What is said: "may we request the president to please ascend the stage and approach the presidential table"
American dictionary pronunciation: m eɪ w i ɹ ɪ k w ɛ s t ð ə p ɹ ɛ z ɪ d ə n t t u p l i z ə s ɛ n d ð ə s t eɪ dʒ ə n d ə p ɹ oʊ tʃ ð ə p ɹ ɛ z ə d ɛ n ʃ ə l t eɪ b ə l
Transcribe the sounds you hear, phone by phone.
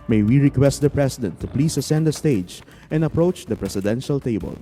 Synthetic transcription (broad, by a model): m eɪ w i ɹ ɪ k w ɛ s t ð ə p ɹ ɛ s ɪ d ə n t t u p l i s ə s ɛ n d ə s t eɪ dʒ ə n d ə p ɹ oʊ tʃ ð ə p ɹ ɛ s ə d ɛ n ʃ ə l t eɪ b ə l